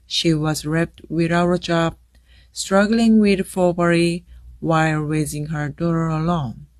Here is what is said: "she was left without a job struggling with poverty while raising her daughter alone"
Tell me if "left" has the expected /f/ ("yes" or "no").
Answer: no